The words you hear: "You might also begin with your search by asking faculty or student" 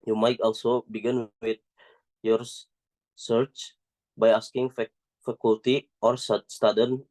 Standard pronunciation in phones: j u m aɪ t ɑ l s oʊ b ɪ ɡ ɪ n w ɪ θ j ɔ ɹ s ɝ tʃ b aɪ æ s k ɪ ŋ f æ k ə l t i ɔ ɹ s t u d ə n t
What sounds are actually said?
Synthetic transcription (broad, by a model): j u m aɪ t ɑ l s oʊ b ɪ ɡ ɪ n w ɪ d j ɔ ɹ s ɝ tʃ b aɪ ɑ s k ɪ ŋ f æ k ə l t i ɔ ɹ s t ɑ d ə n